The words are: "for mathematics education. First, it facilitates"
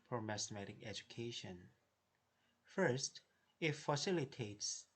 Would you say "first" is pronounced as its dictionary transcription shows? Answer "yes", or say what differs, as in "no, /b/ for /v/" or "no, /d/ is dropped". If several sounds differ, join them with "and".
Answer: yes